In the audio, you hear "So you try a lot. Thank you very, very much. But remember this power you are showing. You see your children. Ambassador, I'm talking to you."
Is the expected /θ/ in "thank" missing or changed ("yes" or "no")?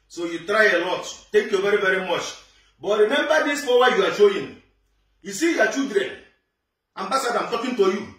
yes